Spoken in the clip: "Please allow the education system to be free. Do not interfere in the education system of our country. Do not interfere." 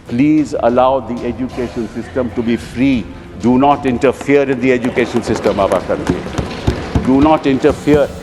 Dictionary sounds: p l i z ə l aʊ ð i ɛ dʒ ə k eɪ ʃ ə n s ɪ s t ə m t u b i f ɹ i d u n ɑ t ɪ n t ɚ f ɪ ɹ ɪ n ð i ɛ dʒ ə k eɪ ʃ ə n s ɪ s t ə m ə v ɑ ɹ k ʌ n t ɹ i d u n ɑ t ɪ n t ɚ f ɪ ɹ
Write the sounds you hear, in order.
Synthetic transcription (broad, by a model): p l i z ə l aʊ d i ɛ dʒ ə k eɪ ʃ ə n s ɪ s t ə m t u b i f ɹ i d u n ɑ t ɪ n t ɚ f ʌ ɹ ɪ n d i ɛ dʒ ə k eɪ ʃ ə n s ɪ s t ə m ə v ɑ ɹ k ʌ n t i d u n ɑ t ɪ n t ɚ f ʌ ɹ